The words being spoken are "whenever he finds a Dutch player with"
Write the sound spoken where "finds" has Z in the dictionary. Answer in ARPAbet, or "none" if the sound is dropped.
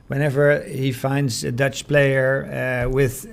Z